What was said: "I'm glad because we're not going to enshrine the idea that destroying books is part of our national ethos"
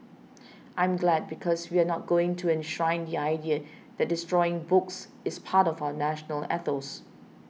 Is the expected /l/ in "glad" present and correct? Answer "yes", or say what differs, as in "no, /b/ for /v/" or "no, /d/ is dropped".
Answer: yes